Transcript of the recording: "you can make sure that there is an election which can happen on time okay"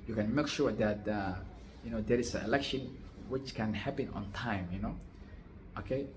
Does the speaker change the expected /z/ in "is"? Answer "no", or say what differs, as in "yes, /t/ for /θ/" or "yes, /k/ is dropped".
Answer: yes, /s/ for /z/